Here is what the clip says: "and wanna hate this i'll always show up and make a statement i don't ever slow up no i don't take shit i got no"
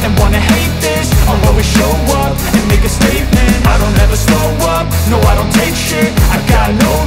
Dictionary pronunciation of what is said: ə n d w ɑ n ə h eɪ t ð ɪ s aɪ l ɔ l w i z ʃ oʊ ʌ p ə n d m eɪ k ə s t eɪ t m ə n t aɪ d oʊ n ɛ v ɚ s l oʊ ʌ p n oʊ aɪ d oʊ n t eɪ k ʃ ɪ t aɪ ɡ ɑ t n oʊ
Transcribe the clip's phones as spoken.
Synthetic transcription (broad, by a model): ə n w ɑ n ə h eɪ t ð ɪ s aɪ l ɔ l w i ʃ oʊ ʌ p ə n m eɪ k ə s t eɪ t m ə n t aɪ d oʊ n ɛ v ɚ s oʊ ʌ p n oʊ aɪ d oʊ n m eɪ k ʃ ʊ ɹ aɪ ɡ ɑ t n oʊ